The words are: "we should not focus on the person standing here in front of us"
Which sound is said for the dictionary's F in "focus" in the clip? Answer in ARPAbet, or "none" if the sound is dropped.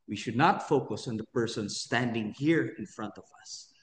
F